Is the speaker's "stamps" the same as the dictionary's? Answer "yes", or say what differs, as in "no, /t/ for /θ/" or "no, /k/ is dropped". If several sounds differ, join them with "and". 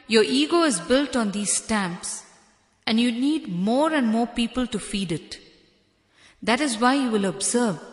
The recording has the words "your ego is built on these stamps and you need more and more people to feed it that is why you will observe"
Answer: yes